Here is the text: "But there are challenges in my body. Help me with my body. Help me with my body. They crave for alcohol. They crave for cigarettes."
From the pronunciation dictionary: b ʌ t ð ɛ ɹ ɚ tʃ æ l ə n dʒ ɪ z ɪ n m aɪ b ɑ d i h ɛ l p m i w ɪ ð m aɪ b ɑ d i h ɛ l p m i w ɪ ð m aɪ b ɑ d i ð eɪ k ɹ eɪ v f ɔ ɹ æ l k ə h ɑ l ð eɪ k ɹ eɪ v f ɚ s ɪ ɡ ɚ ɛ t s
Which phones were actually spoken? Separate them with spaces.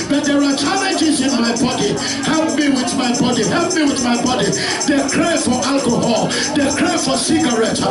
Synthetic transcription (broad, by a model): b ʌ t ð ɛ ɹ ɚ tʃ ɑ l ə dʒ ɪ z ɪ n m aɪ b ɑ d i h ɛ l p m i w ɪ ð m aɪ b ɑ d i h ɛ l p m i w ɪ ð m aɪ b ɑ d i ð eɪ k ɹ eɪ f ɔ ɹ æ l k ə h ɑ l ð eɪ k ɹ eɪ f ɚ s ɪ ɡ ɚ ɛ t